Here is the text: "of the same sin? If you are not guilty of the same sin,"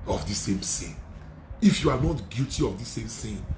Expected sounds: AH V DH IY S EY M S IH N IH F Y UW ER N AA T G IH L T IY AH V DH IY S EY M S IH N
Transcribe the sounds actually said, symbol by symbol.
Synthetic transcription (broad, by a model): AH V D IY S EY M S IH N IH F Y UW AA N AA T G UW T IY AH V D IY S EY M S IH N